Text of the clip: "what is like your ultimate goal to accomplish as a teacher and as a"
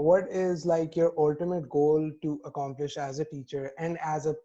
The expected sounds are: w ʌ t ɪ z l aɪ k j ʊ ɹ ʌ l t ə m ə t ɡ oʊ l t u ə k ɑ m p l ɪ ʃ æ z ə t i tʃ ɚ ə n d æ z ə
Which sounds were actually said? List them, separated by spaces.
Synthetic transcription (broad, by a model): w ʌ t ɪ z l aɪ k j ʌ ɹ ʌ l t ə m ə t ɡ oʊ l t u ə k ɑ m p l ɪ ʃ æ z ə t i tʃ ɚ ə n d æ z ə